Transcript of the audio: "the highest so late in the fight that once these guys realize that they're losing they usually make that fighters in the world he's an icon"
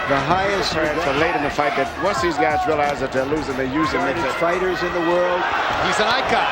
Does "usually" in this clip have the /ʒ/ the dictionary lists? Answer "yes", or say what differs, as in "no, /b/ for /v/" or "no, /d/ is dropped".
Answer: no, /z/ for /ʒ/